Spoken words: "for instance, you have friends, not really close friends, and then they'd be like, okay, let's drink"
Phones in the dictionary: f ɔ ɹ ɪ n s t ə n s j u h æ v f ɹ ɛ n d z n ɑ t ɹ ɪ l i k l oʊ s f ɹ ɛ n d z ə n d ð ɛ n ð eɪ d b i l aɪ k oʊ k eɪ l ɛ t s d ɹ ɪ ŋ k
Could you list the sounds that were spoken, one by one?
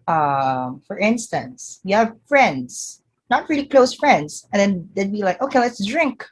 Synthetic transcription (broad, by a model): f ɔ ɹ ɪ n s t ə n s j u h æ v f ɹ ɛ n d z n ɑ t ɹ ɪ l i k l oʊ s f ɹ ɛ n d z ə n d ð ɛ n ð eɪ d b i l aɪ k oʊ k eɪ l ɛ t s d ɹ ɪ ŋ k